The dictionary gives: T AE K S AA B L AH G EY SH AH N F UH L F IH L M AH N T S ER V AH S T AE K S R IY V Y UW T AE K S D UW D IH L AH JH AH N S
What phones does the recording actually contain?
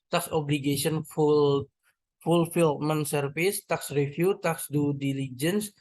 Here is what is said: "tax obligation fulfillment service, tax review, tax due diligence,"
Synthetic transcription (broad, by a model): T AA K S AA B L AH G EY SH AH N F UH L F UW L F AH L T S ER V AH S T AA K S R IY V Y UW T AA K S D UW D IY L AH JH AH N S